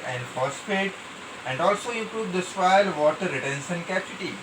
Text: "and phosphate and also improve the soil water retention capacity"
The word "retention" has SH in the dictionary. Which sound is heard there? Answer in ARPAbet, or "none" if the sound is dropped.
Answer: S